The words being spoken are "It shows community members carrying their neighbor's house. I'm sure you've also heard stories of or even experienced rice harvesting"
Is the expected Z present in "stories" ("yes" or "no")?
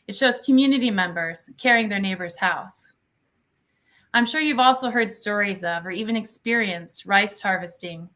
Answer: yes